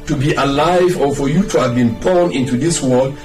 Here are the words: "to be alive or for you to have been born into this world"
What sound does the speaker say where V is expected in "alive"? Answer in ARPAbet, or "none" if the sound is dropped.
V